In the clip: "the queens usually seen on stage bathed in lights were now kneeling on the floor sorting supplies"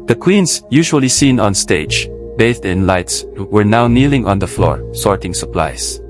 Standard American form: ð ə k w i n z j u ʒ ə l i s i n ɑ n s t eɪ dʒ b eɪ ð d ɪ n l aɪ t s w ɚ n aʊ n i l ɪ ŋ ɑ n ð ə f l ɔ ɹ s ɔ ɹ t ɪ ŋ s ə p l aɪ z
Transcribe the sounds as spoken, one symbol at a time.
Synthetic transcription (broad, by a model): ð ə k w i n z j u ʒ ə l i s i n ɑ n s t eɪ dʒ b eɪ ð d ɪ n l aɪ t s w ɚ n aʊ n i l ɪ ŋ ɑ n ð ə f l ɔ ɹ s ɔ ɹ t ɪ ŋ s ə p l aɪ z